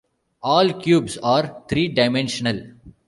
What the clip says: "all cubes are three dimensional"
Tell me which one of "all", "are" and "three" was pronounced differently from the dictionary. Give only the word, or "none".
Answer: three